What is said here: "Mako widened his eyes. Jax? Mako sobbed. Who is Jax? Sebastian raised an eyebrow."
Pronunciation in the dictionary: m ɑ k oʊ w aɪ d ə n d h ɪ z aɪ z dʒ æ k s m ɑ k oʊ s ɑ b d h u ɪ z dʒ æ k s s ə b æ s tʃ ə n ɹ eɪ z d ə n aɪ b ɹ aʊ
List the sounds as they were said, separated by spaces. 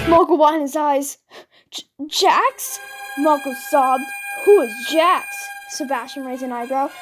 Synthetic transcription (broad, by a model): m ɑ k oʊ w aɪ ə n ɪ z aɪ z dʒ æ k s m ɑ k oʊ s ɑ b h u ɪ z dʒ æ k s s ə b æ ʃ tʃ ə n ɹ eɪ z ə n aɪ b ɹ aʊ